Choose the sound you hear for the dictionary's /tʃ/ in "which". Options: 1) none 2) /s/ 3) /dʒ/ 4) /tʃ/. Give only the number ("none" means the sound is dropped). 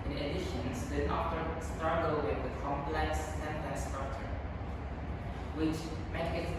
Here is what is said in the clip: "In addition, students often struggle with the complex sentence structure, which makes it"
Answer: 4